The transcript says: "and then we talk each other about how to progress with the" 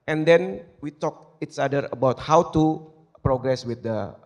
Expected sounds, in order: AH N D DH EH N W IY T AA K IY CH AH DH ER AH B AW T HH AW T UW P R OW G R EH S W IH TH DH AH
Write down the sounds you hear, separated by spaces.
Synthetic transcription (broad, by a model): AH N D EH N W IY T AA K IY S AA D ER AH B AW T HH AW T UW P R OW G R EH S W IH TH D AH